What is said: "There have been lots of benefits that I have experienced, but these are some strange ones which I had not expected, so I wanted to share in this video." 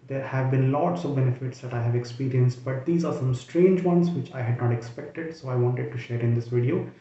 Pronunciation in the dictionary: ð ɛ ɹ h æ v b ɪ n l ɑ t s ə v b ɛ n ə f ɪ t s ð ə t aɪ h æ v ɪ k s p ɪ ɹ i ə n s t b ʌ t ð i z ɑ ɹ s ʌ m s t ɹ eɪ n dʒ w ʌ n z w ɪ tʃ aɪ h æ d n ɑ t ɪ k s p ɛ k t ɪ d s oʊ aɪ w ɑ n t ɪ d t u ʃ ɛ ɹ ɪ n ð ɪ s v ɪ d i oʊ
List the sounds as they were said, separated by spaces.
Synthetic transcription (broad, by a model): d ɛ ɹ h æ v b ɪ n l ɑ t s ə v b ɛ n ə f ɪ t s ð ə t aɪ h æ v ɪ k s p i ɹ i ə n s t b ʌ t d i z ɑ ɹ s ʌ m s t ɹ eɪ n dʒ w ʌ n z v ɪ tʃ aɪ h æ d n ɑ t ɪ k s p ɛ k t ɪ d s oʊ aɪ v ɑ n t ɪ d t u ʃ ɛ ɹ ɪ n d ɪ s v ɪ d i oʊ